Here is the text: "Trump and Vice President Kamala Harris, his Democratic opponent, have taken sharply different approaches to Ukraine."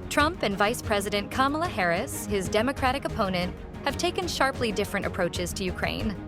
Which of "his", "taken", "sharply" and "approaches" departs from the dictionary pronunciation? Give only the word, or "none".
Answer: none